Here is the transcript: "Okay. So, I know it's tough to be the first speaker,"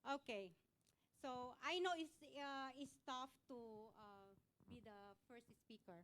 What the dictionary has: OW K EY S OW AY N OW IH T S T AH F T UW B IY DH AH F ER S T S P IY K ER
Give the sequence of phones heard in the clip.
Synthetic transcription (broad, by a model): OW K EY S OW AY N OW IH S S T AH F T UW B IY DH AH F ER S T S P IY K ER